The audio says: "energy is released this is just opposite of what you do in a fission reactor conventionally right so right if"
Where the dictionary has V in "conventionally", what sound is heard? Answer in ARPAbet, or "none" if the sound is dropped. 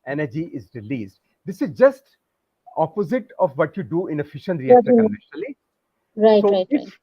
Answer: none